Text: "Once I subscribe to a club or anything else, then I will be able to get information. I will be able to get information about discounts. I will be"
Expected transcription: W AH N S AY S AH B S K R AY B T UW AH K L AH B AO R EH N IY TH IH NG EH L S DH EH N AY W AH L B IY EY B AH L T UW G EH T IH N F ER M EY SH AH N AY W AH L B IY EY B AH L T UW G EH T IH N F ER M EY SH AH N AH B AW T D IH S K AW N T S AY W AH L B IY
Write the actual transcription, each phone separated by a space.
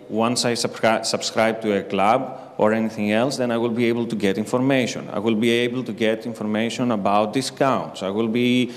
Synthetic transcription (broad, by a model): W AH N S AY S AH B S K R AY B T UW AH K L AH B AO R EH N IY TH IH NG EH L S DH EH N AY W AH L B IY EY B AH L T UW G EH T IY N F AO M EY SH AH N AY W AH L B IY EY B AH L T UW G EH T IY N F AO M EY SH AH N AH B AW T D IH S K AW N T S AY W AH L B IY